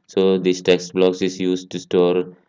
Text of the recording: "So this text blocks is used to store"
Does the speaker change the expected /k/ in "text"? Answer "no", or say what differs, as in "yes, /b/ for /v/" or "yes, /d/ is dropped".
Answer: no